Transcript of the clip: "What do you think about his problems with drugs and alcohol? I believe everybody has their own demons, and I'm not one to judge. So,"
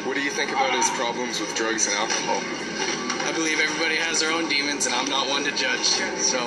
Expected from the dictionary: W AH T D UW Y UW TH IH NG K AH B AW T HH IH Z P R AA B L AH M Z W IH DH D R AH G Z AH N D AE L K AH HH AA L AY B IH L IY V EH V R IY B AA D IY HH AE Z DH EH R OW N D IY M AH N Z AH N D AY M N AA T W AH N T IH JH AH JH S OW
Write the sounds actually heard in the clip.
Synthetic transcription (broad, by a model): W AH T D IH Y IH TH IH NG K AH B AW T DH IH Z P R AA B L AH M Z W IH DH D R AH G Z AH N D AE L K AH HH AA L AY B IH L IY V EH V R IY B AA D IY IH Z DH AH R OW N D IY M AH N Z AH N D AY M N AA T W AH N T IH JH AH JH S OW